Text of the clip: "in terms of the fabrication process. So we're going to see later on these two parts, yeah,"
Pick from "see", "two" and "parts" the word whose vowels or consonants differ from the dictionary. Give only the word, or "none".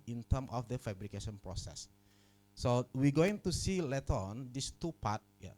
parts